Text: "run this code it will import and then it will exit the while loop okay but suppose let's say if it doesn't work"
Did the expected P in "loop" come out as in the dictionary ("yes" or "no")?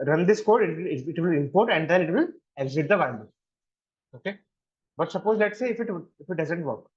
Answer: no